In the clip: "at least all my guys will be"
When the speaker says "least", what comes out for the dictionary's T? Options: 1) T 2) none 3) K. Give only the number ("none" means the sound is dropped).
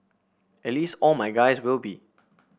1